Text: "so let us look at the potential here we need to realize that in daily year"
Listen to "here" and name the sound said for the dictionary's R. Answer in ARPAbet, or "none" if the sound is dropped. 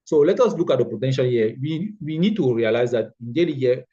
W